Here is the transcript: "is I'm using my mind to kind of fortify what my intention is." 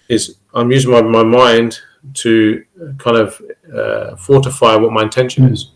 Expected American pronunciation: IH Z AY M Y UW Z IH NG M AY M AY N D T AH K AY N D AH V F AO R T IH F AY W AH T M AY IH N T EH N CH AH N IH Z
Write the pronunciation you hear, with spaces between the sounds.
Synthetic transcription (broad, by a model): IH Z AY M Y UW Z IH NG M AY M AY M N T AH K AY N D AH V F AO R T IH F AY W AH T M AY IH N T EH N SH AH N IH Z